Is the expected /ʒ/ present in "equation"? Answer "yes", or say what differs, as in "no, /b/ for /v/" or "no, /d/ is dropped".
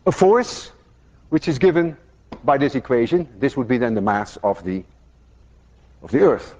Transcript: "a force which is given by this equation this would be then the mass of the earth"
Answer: yes